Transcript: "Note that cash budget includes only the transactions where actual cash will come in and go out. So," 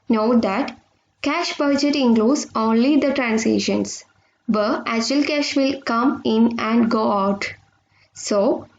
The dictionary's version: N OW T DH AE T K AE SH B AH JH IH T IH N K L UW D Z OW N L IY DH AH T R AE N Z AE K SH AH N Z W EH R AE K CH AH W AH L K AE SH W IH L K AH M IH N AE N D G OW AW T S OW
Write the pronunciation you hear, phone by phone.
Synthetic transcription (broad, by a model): N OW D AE T K AE SH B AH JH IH T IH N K L UW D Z OW N L IY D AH T R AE N S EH SH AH N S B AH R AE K CH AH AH L K AE SH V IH L K AH M IH N AE N D G OW AW T S OW